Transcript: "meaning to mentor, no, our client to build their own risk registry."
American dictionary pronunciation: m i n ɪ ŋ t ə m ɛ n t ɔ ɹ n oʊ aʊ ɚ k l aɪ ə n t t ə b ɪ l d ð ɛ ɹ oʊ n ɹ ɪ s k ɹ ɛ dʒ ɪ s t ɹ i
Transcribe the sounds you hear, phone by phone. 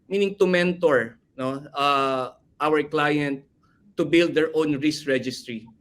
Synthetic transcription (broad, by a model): m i n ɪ ŋ t ə m ɛ n t ɔ ɹ n oʊ aʊ ɚ k l aɪ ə n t t ə b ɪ l d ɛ ɹ oʊ n ɹ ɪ s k ɹ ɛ dʒ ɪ s t ɹ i